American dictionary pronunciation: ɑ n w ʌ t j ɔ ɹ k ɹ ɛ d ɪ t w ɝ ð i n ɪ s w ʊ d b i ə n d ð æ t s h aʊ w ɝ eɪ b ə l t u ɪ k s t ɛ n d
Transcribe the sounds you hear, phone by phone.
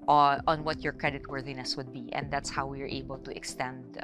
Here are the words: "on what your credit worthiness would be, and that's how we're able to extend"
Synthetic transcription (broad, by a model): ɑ n w ʌ t j ɔ ɹ k ɹ ɛ d ɪ t w ɝ ð i n ɪ s w ʊ d b i ə n d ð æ t s h aʊ w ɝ eɪ b ə l t u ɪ k s t ɛ n d